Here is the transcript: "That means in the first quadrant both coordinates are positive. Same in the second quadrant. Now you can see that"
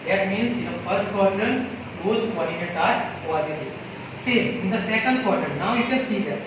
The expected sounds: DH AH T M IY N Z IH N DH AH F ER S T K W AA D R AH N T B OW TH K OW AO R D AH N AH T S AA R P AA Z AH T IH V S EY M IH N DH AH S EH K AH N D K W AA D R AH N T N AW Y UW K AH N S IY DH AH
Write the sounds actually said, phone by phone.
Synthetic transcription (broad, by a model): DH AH T M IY N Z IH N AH F ER S T K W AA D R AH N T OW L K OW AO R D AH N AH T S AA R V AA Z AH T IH S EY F IH N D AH S EH K AH N D K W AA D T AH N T N AW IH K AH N S IY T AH